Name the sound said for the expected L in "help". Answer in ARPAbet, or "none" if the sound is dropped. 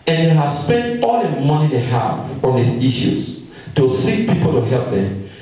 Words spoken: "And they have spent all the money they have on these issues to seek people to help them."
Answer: L